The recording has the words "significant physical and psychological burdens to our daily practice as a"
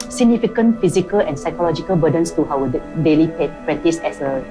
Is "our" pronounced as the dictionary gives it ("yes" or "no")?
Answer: no